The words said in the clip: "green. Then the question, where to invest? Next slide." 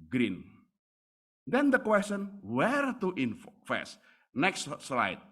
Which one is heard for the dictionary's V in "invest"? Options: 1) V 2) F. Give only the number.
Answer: 2